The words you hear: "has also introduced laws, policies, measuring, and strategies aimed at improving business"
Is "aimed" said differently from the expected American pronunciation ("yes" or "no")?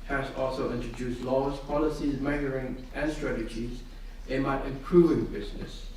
yes